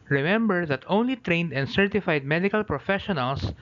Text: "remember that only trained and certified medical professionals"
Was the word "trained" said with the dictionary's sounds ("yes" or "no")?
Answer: yes